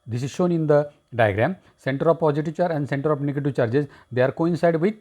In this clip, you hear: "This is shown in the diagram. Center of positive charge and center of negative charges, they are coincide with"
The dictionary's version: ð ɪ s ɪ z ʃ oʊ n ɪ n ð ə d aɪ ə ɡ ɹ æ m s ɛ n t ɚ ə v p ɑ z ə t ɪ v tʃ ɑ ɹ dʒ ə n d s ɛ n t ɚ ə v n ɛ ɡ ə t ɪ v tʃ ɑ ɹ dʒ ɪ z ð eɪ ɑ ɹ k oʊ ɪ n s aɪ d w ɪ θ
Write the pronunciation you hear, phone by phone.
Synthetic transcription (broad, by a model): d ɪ s ɪ z ʃ oʊ n ɪ n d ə d aɪ ə ɡ ɹ æ m s ɛ n t ɚ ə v p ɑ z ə t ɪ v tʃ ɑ ɹ ə n d s ɛ n t ɚ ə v n ɛ ɡ ə t ɪ v tʃ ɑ ɹ dʒ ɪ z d eɪ ɑ ɹ k oʊ ɪ n s aɪ d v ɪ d